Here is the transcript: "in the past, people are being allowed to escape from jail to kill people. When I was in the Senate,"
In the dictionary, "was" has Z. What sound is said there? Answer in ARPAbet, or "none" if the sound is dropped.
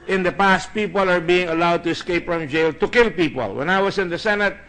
S